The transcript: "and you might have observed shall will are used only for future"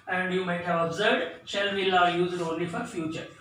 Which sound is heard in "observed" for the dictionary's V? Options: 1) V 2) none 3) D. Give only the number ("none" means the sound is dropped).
2